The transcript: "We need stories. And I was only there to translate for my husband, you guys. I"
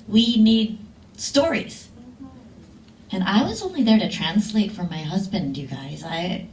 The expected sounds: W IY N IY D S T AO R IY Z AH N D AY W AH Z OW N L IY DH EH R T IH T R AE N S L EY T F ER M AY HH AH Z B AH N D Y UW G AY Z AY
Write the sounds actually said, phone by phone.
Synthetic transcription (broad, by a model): W IY N IY D S T AO R IY Z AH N AY W AH Z OW N L IY DH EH R T IH T R AE N S L EY T F ER M AY HH AH Z B AH N D Y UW G AY Z AY